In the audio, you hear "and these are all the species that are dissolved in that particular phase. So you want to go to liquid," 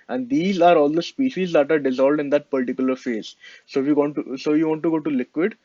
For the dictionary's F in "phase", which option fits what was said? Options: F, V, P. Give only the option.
F